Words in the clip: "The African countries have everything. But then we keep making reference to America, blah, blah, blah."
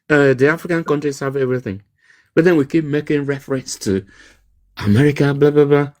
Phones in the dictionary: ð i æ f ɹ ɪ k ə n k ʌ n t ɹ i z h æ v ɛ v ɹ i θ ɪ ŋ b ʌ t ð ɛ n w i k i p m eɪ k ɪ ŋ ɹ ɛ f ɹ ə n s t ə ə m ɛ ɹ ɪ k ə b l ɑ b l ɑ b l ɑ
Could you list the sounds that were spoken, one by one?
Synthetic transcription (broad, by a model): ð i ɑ f ɹ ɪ k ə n k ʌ n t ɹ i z h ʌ v ɛ v ɹ i θ ɪ ŋ b ʌ t ð ɛ n w i k i p m eɪ k ɪ ŋ ɹ ɛ f ɹ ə n s t ə ə m ɛ ɹ ɪ k ə b l ɑ b l ɑ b l ɑ